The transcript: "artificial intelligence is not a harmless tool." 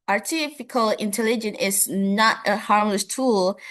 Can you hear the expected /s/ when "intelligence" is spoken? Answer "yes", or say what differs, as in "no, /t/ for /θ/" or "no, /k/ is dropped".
no, /s/ is dropped